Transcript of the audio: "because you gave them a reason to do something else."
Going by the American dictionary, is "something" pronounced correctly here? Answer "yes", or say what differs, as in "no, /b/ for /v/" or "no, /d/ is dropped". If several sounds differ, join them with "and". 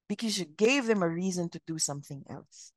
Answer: yes